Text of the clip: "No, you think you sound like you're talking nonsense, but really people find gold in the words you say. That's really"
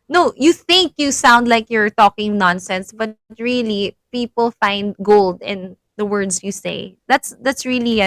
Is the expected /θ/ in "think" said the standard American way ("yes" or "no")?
yes